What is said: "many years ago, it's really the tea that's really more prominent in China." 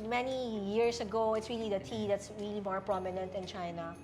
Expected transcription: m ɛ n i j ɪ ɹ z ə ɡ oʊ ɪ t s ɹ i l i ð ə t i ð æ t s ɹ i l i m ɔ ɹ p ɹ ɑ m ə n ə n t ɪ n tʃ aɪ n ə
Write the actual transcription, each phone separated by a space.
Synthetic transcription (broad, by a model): m ɛ n i j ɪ ɹ s ə ɡ oʊ ɪ t s ɹ i l i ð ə t i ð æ t s ɹ i l i m ɔ ɹ p ɹ ɑ m ə n ə n t ɪ n tʃ aɪ n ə